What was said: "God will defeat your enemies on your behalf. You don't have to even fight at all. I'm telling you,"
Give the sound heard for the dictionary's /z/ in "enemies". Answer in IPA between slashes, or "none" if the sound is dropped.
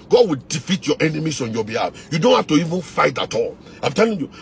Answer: /s/